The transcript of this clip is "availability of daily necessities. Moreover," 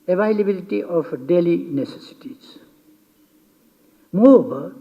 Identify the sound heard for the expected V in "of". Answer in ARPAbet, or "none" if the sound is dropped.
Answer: P